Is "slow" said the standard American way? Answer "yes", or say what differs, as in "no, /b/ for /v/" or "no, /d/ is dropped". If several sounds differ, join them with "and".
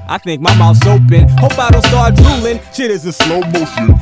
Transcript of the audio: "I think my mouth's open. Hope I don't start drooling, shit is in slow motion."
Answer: yes